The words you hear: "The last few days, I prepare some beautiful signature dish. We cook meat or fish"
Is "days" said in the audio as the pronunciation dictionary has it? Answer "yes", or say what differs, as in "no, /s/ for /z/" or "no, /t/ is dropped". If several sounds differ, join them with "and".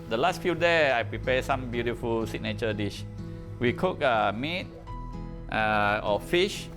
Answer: no, /z/ is dropped